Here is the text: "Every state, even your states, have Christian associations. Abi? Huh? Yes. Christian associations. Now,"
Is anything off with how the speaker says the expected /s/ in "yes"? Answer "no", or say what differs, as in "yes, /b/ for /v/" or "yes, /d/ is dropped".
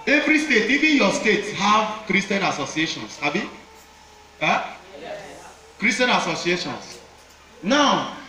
yes, /s/ is dropped